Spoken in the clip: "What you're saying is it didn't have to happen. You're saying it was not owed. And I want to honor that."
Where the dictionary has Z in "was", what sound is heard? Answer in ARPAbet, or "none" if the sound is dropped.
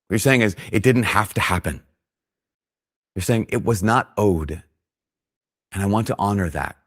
Z